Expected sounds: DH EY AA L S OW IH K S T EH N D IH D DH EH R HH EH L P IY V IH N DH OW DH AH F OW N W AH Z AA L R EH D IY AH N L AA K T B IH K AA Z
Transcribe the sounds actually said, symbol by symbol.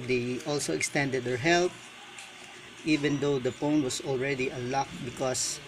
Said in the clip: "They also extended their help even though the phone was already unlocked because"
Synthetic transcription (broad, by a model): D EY AA L S OW IH K S T EH N D IH D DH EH R HH EH L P IY V IH N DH OW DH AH P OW N W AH S AA L R EH D IY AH L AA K B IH K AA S